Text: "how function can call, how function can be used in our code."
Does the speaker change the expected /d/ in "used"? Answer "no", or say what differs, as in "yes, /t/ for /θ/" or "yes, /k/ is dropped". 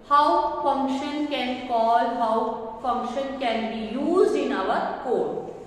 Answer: yes, /d/ is dropped